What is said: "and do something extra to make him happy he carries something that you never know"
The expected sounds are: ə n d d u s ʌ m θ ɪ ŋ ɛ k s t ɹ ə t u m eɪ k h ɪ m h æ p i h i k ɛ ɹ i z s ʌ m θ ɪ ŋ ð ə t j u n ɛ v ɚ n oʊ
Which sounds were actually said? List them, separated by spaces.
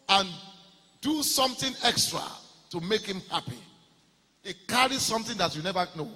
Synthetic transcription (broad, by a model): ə n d d u s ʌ m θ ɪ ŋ ɛ k s t ɹ ə t u m eɪ k h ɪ m h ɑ p i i k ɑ ɹ i s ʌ m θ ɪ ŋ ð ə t j u n ɛ v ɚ n oʊ